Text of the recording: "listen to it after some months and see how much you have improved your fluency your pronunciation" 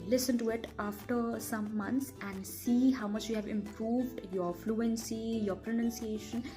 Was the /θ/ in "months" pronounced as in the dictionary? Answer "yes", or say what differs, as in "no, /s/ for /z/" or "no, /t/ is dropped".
no, /t/ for /θ/